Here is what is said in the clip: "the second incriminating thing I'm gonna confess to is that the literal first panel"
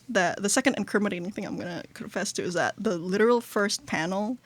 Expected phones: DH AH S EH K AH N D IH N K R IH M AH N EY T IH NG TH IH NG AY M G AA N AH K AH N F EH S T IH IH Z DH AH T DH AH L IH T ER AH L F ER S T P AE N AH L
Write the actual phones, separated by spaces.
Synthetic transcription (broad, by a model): DH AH S EH K AH N D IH N K R M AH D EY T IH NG TH IH NG AY M G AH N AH K AH N F EH S T IH IH Z DH AH T DH AH L IH T ER L F ER S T P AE N L